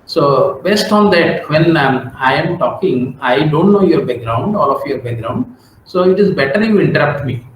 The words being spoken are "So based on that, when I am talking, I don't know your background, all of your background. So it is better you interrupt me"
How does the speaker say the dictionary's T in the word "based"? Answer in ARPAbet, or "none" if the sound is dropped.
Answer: T